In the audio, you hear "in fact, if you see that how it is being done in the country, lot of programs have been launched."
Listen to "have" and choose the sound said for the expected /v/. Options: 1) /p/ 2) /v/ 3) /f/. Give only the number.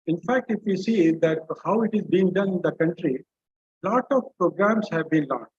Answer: 2